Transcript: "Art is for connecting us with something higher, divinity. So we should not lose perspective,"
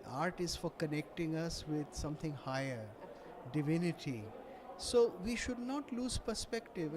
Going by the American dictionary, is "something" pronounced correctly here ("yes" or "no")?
no